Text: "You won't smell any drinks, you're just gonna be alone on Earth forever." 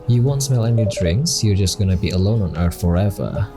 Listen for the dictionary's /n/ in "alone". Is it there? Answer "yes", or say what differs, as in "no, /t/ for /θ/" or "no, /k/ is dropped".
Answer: yes